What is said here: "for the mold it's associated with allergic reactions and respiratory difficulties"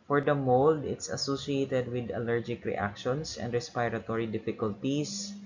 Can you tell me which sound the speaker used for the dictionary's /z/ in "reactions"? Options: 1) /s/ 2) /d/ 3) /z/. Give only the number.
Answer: 1